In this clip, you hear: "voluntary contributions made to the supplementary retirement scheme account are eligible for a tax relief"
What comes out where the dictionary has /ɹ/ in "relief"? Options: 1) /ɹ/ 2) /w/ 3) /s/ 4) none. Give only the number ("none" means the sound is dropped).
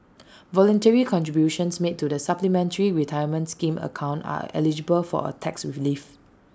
2